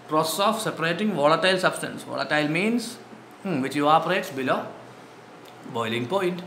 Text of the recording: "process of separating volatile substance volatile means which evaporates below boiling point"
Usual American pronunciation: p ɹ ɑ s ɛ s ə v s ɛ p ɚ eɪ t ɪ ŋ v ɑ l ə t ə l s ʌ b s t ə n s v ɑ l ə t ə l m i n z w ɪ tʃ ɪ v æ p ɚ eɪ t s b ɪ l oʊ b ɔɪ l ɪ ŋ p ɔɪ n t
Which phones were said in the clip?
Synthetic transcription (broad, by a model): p ɹ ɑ s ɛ s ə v s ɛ p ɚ eɪ t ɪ ŋ v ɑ l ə t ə l s ʌ b s t ə n s v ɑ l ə t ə l m i n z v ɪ tʃ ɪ ɔ p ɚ eɪ t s b ɪ l oʊ b ɔɪ l ɪ ŋ p ɔɪ n t